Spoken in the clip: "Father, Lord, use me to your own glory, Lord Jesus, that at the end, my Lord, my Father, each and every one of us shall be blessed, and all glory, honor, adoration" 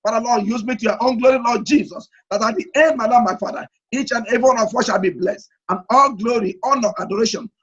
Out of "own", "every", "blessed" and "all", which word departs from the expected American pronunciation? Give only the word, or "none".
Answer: every